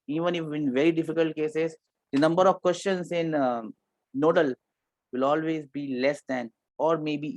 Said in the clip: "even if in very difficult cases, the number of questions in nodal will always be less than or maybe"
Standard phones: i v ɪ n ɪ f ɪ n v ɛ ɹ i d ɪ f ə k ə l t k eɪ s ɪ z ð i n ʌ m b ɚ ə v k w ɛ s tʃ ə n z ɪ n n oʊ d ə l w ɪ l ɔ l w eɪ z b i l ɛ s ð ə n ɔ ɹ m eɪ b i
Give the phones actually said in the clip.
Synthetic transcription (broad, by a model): i v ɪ n ɪ f ɪ n v ɛ ɹ i d ɪ f ə k ə l t k eɪ s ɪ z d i n ʌ m b ɚ ə v k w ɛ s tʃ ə n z ɪ n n oʊ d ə l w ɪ l ɔ l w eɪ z b i l ɛ s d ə n ɔ ɹ m eɪ b i